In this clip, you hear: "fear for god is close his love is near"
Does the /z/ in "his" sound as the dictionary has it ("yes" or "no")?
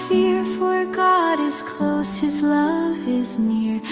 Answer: yes